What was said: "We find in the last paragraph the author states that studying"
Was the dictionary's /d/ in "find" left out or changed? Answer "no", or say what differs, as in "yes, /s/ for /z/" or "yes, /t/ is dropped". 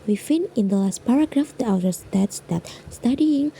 yes, /d/ is dropped